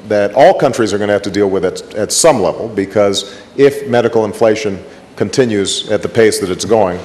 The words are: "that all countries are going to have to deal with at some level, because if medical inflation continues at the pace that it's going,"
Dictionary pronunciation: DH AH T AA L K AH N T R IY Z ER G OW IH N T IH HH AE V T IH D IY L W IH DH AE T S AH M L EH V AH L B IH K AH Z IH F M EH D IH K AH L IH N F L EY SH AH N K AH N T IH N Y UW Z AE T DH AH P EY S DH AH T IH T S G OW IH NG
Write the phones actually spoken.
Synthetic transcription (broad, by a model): DH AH T AA L K AH N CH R IY Z ER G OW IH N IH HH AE F T IH D IY L W IH DH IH T S AH M L EH V L B IH K AH Z IH F M EH D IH K L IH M F L EY SH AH N K AH N T IH N Y UW Z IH T DH AH P EY S DH AH T IH T S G OW IH NG